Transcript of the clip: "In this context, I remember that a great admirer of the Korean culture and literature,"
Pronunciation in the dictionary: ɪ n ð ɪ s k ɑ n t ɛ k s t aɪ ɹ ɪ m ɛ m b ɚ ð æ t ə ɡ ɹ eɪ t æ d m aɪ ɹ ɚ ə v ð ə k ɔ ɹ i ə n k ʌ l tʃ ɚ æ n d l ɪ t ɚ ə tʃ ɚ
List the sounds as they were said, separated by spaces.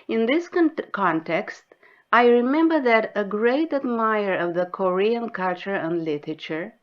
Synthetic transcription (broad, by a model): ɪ n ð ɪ s k ɑ n t ɛ k s t aɪ ɹ ɪ m ɛ m b ɚ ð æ t ə ɡ ɹ eɪ t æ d m aɪ ɚ ə v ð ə k ɔ ɹ i ə n k ʌ l tʃ ɚ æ n d l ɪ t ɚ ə tʃ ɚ